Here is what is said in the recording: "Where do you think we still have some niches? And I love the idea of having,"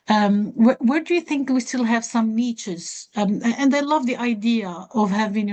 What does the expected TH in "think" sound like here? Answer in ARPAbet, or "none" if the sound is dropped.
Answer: TH